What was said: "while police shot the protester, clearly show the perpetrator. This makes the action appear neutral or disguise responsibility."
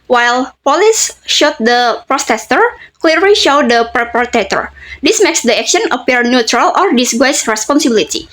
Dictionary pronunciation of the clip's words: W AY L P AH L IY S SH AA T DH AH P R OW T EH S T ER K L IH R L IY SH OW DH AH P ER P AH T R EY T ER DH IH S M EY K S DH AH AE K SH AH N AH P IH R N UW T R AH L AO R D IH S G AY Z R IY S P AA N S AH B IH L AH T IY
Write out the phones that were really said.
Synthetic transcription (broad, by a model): W AY L P AH L IY S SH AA T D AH P R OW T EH S T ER K L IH R L IY SH OW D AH P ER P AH T EY T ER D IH S M EY K S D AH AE K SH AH N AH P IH R N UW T R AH L AO R D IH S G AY S R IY S P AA N S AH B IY L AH T IY